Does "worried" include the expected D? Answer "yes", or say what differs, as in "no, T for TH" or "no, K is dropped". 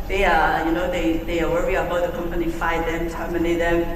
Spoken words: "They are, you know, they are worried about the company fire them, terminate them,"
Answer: no, D is dropped